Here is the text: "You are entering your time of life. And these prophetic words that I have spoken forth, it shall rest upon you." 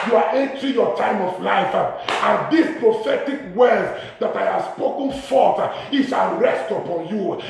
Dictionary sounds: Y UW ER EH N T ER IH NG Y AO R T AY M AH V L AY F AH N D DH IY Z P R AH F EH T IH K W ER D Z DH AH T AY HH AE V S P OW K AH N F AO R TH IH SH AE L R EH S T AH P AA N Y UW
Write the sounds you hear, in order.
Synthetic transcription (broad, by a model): Y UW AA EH N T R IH Y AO T AY M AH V L AY F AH N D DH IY S P R AH F EH T IH K W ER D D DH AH T AY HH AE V S P OW K AH N F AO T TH IH S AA N R EH S T AH P AA N Y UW